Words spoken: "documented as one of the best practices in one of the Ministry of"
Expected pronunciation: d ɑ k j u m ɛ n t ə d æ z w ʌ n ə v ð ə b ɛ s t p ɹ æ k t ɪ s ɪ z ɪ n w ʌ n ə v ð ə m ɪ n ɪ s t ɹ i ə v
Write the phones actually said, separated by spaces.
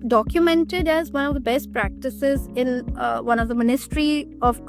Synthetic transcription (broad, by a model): d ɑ k j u m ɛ n t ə d æ z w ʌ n ə v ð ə b ɛ s t p ɹ æ k t ɪ s ɪ z ɪ n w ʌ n ə v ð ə m ɪ n ɪ s t ɹ i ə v